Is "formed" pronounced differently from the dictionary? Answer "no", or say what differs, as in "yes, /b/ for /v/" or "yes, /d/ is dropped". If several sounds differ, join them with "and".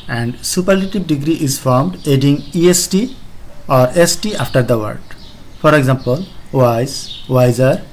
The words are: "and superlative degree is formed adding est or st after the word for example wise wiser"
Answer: no